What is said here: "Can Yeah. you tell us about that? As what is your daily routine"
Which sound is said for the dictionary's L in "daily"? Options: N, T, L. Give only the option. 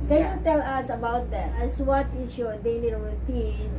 N